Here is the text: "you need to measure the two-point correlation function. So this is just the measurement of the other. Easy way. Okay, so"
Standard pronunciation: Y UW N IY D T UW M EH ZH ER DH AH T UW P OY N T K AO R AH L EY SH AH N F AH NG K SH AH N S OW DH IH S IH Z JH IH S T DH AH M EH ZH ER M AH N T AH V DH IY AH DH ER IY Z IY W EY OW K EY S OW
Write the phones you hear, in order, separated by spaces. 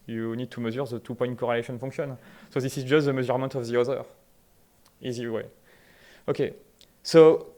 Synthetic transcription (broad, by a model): Y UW N IY D T UW M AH Z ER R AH T UW P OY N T K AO R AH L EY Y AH N F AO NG K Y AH N S OW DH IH S IH Z JH IH S T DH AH M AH Z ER M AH T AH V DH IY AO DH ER IY Z IY W EY OW K EY S OW